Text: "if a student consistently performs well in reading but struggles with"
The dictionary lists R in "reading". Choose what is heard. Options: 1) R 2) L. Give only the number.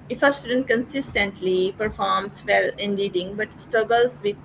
2